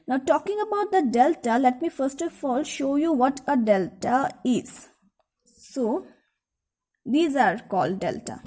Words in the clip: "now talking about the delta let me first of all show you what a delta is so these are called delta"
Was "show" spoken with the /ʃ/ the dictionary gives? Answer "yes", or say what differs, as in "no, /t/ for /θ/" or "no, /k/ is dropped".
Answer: yes